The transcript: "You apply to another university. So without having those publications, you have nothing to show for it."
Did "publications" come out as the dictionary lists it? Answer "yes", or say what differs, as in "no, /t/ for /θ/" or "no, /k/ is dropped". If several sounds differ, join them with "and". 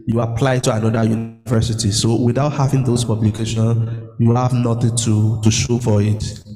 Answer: no, /z/ is dropped